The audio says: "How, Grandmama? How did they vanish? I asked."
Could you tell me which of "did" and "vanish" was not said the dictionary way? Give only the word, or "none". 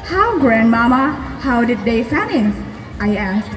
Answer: vanish